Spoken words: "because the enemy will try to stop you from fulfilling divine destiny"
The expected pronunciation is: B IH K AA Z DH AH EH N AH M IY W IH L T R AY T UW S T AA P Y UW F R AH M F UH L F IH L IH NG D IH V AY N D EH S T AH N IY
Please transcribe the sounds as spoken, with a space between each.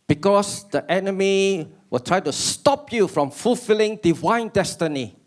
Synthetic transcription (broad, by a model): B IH K AA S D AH EH N AH M IY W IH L T R AY T UW S T AA P Y UW F R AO M F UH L F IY L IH NG D IH V AY N D EH S T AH N IY